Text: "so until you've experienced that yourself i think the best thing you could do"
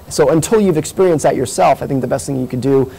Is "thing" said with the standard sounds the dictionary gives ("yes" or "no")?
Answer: yes